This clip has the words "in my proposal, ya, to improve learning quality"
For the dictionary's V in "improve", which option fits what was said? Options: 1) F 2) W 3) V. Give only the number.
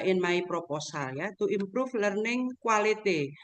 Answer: 1